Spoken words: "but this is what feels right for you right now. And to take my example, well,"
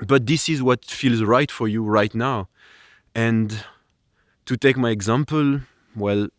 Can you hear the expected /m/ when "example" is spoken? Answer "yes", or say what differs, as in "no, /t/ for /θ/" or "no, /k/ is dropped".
yes